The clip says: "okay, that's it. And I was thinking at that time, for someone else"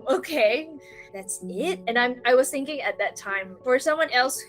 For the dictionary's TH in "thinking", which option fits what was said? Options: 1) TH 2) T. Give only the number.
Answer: 1